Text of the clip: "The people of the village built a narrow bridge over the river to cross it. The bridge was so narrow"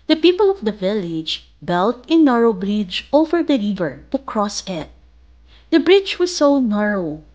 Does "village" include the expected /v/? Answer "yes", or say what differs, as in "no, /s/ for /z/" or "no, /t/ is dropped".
yes